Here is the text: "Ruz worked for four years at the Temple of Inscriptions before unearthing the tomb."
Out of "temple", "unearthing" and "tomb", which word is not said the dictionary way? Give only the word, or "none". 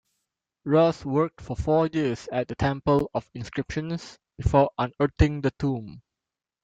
unearthing